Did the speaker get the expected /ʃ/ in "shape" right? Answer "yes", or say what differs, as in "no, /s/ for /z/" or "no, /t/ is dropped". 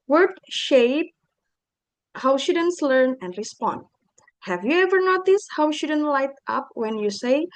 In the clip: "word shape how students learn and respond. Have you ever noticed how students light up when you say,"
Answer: yes